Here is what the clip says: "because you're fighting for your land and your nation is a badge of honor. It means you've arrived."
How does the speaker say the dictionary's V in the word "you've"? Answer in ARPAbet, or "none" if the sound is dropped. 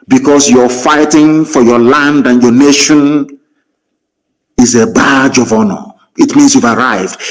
V